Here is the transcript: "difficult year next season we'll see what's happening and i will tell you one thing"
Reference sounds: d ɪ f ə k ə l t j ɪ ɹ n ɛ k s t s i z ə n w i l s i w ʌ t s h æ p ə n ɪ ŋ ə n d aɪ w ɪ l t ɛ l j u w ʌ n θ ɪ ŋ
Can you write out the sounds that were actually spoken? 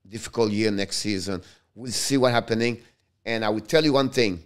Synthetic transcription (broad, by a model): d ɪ f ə k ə l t j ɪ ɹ n ɛ k s t s i z ə n w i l s i w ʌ t h æ p ə n ɪ ŋ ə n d aɪ w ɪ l t ɛ l j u w ʌ n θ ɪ ŋ